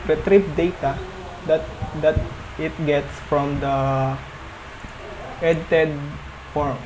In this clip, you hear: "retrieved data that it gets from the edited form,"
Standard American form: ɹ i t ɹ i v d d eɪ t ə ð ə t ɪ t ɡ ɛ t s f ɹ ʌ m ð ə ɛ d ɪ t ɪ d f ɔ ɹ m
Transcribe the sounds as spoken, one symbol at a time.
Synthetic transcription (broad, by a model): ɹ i t ɹ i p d d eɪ t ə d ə t ɪ t ɡ ɛ t s f ɹ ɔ m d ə ɛ d ɪ t ɪ d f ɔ ɹ m